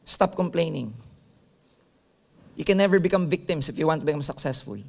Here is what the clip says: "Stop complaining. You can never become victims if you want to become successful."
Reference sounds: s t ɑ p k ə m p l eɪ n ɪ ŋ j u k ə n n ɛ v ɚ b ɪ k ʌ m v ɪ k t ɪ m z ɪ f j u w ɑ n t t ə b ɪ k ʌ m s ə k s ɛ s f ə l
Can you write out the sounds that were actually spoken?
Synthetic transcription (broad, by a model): s t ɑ p k ə m p l eɪ n ɪ ŋ j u k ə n n ɛ v ɚ b ɪ k ʌ m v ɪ k t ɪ m s ɪ f j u w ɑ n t t ə b ɪ k ʌ m s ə k s ɛ s f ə l